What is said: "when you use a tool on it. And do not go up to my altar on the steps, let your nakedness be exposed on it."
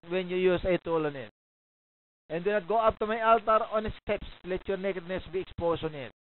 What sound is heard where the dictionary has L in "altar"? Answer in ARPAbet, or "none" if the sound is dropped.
L